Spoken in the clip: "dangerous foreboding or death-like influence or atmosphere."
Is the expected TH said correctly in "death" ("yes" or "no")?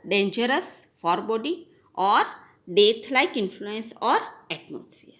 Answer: no